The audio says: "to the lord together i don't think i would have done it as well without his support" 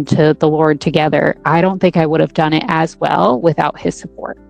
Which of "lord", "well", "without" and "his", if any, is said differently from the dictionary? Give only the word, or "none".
none